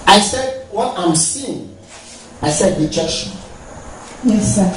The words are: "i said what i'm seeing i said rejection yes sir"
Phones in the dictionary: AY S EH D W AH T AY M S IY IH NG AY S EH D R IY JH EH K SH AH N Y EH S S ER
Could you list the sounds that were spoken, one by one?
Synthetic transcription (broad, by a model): AY S EH D W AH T AY M S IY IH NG AY S EH D W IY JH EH SH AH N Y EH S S